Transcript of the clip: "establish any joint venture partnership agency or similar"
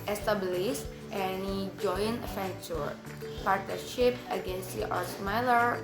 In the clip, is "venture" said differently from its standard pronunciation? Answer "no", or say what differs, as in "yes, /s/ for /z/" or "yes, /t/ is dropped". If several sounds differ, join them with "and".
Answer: yes, /f/ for /v/